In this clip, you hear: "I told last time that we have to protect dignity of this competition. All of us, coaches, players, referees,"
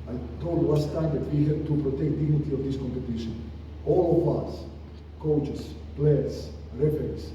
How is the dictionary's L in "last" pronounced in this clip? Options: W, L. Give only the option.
W